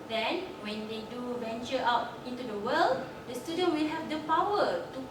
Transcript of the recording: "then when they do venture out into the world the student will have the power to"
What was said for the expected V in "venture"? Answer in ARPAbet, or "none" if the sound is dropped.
B